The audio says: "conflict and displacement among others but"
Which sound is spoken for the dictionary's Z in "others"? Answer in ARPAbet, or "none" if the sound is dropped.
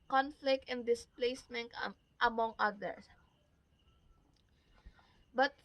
S